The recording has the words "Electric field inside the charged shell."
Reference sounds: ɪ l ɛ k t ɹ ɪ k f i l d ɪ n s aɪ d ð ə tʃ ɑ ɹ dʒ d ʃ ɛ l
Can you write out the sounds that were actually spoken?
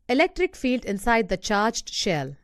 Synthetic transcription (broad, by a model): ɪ l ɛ k t ɹ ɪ k f i l d ɪ n s aɪ d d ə tʃ ɑ ɹ dʒ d ʃ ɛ l